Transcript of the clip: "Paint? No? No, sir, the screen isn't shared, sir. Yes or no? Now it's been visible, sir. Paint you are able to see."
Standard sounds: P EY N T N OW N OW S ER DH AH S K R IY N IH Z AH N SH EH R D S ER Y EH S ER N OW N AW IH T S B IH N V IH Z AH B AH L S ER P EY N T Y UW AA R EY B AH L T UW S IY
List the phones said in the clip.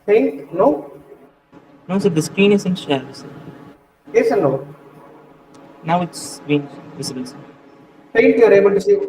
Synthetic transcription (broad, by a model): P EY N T N OW N OW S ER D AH S K R IY N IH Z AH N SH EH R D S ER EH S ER N OW N AW IH T S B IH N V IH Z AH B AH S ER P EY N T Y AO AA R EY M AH N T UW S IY